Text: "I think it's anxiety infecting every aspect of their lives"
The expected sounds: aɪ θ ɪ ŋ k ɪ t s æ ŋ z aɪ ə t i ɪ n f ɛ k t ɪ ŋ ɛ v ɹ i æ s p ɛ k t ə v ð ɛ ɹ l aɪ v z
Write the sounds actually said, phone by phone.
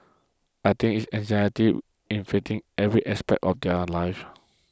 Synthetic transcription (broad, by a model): aɪ t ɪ ŋ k ɪ t s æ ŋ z aɪ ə t i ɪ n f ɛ t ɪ ŋ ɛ v ɹ i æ s p ɛ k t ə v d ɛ l aɪ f